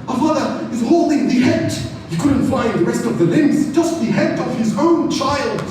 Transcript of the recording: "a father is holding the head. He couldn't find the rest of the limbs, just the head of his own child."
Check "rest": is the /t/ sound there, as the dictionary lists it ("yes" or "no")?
yes